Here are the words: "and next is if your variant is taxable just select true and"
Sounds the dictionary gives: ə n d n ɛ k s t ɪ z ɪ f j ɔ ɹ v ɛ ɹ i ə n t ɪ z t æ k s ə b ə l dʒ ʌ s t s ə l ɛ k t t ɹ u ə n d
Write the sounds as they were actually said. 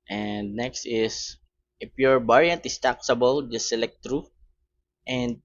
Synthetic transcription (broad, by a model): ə n d n ɛ k s t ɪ s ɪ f j ɔ ɹ b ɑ ɹ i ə n t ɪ s t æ k s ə b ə l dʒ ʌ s s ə l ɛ k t t ɹ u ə n d